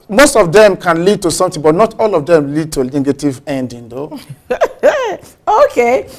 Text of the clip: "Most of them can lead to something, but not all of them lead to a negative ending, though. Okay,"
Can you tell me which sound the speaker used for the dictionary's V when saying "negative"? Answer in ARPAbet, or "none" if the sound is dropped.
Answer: V